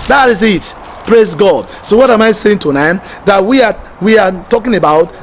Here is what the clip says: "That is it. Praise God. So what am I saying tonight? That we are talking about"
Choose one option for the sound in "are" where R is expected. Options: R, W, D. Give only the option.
W